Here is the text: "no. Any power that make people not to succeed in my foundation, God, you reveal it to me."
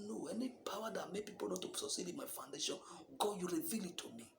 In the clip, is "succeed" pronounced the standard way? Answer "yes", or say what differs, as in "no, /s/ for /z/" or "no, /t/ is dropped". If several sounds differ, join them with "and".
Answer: no, /k/ is dropped